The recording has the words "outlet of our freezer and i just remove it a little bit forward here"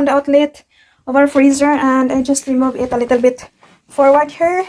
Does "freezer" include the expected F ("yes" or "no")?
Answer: yes